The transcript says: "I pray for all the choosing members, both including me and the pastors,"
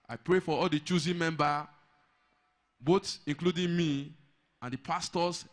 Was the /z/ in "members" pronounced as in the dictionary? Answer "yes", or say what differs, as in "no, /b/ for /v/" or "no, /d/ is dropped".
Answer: no, /z/ is dropped